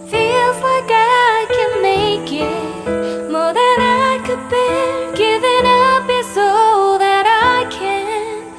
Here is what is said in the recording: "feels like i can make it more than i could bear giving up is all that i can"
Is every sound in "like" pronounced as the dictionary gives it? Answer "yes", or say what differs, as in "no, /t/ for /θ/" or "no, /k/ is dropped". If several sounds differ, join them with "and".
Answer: no, /k/ is dropped